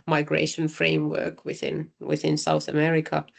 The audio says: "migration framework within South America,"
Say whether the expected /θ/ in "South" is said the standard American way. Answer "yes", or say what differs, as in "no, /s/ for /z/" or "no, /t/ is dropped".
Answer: yes